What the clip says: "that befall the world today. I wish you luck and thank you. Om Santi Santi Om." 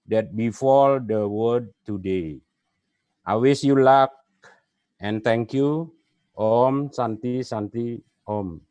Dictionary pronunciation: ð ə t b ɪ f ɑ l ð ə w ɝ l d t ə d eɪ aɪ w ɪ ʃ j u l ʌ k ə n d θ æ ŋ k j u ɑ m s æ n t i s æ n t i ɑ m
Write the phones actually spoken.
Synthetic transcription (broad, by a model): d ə t b ɪ f ɑ l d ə w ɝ d t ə d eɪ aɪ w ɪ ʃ j u l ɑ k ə n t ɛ ŋ k j u ɑ m s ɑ n t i s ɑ n t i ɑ m